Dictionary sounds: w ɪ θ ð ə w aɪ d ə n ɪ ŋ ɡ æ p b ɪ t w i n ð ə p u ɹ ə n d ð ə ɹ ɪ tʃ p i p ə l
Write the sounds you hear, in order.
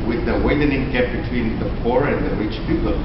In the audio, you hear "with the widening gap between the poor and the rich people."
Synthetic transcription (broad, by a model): w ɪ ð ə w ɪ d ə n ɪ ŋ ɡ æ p b ɪ t w i n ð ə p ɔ ɹ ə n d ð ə ɹ ɪ tʃ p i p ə l